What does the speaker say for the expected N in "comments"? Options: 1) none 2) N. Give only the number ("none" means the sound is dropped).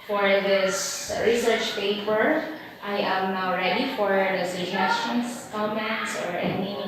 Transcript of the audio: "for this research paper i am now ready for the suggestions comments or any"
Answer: 1